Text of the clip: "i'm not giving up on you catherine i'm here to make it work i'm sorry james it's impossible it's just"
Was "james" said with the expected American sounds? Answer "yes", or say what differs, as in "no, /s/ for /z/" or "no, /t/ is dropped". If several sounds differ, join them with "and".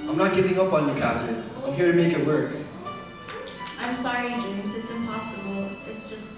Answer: no, /m/ is dropped